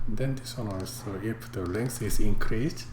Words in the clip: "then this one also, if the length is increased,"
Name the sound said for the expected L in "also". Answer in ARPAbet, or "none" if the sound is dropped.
none